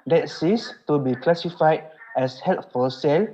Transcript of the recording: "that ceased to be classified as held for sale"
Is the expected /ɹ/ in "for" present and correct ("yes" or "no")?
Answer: no